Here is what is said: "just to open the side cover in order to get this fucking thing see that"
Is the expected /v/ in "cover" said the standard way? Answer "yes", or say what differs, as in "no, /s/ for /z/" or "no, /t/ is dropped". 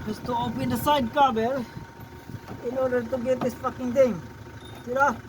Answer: no, /b/ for /v/